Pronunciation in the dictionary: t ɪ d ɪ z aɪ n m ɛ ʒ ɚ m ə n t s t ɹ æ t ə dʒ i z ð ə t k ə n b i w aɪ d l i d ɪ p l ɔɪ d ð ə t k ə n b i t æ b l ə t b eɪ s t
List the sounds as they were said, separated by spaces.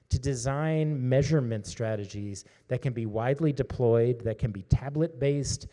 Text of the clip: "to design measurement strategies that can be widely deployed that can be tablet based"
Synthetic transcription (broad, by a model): t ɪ d ɪ z aɪ n m ɛ ʒ ɚ m ə n t s t ɹ æ t ə dʒ i z ð ə t k ə n b i w aɪ d l i d ɪ p l ɔɪ d ð ə t k ə n b i t æ b l ə t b eɪ s t